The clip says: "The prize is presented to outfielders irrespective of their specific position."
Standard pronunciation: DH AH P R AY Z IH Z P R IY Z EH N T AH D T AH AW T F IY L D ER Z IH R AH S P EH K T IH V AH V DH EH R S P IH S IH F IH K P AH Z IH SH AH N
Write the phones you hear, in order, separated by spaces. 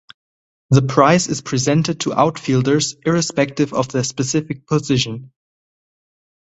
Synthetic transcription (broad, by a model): DH AH P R AY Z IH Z P R IY Z EH N T AH D T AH AW T F IY L D ER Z IH R AH S P EH K T IH V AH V DH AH S P IH S IH F IH K P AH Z IH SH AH N